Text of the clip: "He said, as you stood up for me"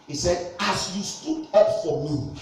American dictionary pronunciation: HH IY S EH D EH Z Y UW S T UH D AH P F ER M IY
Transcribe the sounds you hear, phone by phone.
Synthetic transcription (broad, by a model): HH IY S EH D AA S Y UW S T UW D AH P F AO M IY